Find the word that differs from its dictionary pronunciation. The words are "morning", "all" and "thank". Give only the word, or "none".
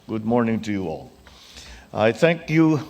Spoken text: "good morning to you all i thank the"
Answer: none